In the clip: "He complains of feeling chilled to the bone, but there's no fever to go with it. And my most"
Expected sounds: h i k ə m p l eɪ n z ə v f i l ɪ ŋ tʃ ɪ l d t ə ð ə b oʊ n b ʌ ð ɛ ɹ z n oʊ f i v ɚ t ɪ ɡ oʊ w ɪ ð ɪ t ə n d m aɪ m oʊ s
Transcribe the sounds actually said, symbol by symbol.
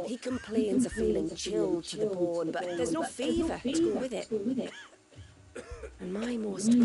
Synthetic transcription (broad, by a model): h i k ə m p l eɪ n z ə f i l ɪ ŋ tʃ ɪ l d t ə ð ə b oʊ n b ʌ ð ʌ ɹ z n oʊ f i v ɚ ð ɪ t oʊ w ɪ ð ɪ t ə n m aɪ m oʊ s